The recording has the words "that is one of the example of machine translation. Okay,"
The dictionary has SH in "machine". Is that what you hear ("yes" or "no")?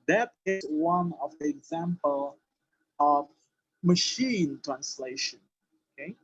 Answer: yes